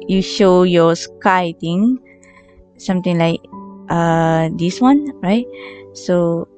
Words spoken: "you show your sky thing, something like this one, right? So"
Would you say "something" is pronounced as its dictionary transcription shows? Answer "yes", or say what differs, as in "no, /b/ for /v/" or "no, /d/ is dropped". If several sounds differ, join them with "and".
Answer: no, /t/ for /θ/